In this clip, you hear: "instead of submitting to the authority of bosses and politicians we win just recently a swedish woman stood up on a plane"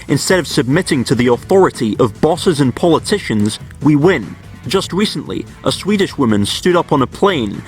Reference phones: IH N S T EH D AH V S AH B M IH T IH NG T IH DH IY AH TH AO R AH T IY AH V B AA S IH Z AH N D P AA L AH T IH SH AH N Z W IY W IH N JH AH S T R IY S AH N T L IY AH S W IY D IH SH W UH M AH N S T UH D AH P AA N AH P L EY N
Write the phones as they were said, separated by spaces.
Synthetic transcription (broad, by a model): IH N S T EH D AH V S AH B M IH T IH NG T IH DH IY AH TH AO R AH T IY AH V B AA S IH Z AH N P AA L AH T IH SH AH N Z W IY W IH N JH AH S T R IY S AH N T L IY AH S W IY D IH SH W UH M AH N S T UH D AH P N AH P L EY N